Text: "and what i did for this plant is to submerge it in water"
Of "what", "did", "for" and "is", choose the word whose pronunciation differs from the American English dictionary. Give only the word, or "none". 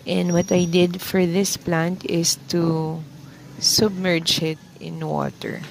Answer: is